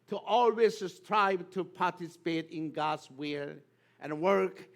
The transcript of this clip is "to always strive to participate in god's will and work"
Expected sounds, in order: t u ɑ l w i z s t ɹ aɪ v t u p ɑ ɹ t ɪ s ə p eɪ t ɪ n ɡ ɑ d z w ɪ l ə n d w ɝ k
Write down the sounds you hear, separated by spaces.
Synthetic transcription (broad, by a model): t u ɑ l w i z s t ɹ aɪ b t u p ɑ ɹ t ɪ s ə p eɪ t ɪ n ɡ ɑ d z w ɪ l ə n w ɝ k